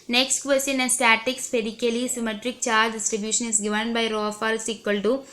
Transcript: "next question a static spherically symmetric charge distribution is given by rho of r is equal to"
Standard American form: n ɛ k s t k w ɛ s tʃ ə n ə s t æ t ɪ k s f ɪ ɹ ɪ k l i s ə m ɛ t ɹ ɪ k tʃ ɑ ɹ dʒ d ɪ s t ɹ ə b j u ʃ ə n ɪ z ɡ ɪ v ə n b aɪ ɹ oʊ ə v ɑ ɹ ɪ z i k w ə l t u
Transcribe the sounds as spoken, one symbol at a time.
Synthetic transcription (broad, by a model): n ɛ k s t k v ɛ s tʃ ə n ə s t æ t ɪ k s p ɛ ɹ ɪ k l i s ə m ɛ t ɹ ɪ k tʃ ɑ ɹ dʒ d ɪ s t ɹ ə b j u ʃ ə n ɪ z ɡ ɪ v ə n b aɪ ɹ oʊ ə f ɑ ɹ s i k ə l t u